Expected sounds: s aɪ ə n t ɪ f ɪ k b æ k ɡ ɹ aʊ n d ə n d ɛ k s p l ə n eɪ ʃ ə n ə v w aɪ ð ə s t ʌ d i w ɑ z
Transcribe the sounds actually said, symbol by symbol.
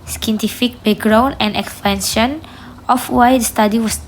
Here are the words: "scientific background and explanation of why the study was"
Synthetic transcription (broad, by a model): s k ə n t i f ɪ k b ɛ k ɡ ɹ aʊ n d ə n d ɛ k s p ə n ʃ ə n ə f w aɪ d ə s t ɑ d i w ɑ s